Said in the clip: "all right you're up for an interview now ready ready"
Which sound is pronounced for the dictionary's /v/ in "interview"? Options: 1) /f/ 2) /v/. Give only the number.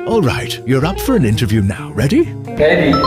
2